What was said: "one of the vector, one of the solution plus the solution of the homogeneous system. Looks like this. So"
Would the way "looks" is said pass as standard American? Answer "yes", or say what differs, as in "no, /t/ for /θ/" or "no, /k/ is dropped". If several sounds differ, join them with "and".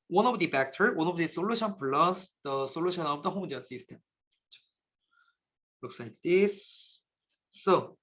no, /w/ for /l/